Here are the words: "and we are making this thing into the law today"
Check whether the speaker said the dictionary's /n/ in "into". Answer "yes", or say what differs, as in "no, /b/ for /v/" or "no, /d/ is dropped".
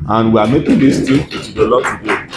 no, /n/ is dropped